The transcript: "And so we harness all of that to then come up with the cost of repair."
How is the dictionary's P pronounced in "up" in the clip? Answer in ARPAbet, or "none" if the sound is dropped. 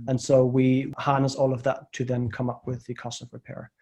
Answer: P